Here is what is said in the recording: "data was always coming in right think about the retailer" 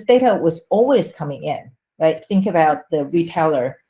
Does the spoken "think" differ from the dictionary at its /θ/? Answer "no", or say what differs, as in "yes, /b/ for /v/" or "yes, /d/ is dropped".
no